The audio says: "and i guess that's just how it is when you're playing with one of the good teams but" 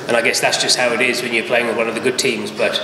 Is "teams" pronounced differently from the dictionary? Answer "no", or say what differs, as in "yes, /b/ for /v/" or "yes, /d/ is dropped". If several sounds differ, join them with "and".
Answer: no